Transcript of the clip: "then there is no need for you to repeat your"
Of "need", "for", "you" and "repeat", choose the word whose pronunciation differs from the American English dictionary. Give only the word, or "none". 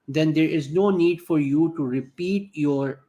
none